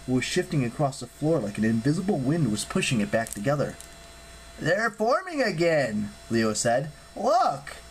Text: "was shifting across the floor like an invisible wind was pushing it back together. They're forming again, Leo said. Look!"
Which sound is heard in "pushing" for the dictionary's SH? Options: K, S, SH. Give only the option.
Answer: SH